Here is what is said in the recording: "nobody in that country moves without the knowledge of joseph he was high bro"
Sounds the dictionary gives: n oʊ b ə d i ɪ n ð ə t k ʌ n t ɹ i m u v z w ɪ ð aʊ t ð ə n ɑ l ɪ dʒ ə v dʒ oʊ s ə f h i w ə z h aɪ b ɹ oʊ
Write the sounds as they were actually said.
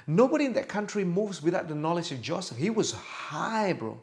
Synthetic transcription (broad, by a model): n oʊ b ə d i ɪ n ð ə t k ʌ n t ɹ i m u v z w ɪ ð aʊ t ð ə n ɑ l ɪ dʒ ə v dʒ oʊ s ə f h i w ə z h aɪ b ɹ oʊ